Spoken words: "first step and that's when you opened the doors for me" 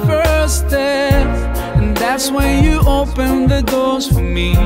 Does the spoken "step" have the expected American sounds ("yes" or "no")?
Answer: no